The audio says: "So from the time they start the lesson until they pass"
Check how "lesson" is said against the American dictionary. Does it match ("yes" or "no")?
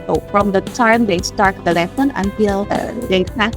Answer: no